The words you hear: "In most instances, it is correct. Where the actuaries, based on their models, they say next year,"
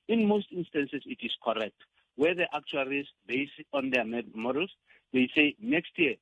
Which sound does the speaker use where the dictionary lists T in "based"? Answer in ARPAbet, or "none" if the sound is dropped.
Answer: none